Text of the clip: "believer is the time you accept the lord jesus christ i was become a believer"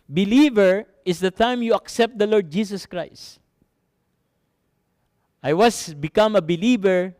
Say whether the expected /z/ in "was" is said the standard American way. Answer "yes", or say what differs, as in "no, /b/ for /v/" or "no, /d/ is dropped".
no, /s/ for /z/